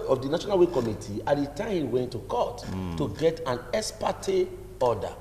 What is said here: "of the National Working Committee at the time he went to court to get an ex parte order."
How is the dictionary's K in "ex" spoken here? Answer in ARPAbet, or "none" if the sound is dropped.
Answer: none